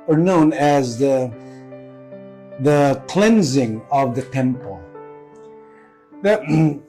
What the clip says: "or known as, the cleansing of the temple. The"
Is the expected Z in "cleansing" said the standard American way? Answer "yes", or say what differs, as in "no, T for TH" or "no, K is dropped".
yes